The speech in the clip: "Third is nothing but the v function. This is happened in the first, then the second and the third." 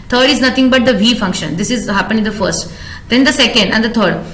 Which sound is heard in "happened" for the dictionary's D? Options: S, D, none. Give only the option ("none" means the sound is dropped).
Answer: none